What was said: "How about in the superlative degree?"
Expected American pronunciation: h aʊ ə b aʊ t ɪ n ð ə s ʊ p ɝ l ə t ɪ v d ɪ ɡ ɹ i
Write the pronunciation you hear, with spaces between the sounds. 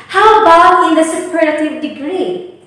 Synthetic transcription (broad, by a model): h aʊ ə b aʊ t ɪ n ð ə s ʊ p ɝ ə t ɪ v d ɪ ɡ ɹ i